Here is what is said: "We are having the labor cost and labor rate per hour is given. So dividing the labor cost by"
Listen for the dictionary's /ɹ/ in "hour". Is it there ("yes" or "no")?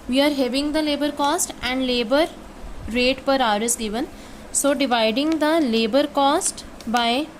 yes